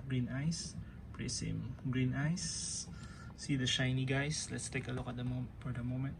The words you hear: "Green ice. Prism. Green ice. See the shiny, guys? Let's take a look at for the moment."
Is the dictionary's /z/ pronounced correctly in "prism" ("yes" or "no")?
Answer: no